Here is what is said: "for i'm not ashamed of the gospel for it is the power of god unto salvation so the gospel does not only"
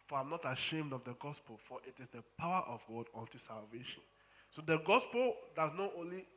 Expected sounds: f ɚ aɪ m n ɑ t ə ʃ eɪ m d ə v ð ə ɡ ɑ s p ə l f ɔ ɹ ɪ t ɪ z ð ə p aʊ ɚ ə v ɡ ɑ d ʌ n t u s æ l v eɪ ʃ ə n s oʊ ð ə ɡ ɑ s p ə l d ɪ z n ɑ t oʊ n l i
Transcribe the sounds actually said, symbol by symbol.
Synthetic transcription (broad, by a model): f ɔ aɪ m n ɑ t ə ʃ eɪ m d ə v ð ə ɡ ɑ s p ə l f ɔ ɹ ɪ t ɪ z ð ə p aʊ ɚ ə v ɡ ɑ d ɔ n t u s æ l v eɪ ʃ ə n s oʊ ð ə ɡ ɑ s p ə l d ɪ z n ɑ t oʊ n l i